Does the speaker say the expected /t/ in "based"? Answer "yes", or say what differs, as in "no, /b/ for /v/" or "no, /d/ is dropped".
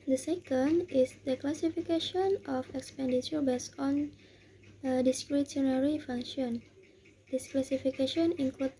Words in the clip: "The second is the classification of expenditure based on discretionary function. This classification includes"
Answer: no, /t/ is dropped